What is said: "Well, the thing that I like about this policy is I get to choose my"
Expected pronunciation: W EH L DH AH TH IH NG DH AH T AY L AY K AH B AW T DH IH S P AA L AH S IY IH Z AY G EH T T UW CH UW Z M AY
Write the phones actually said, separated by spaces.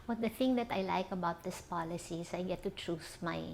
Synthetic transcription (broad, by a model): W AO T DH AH TH IH NG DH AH T AY L AY K AH B AW T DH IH S P AA L AH S IY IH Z AY G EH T T UW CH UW S M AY